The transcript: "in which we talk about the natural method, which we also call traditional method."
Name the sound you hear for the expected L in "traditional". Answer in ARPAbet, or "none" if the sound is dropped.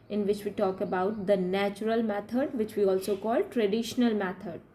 L